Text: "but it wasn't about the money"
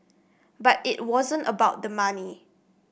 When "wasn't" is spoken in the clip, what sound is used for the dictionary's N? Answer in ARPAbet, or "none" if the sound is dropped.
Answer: N